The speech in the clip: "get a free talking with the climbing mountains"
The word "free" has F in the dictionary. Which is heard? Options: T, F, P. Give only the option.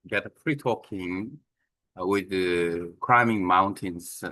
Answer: P